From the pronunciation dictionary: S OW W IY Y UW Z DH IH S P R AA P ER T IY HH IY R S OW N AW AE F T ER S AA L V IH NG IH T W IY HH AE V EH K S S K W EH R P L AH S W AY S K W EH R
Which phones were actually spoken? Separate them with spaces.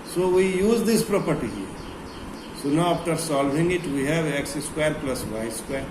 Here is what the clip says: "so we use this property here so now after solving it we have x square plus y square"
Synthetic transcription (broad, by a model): S OW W IY Y UW Z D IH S P R AA P ER T IY HH IY R S OW N AW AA F T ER S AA L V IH NG IH T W IY HH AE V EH K S S K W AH R P L AH S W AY S K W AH R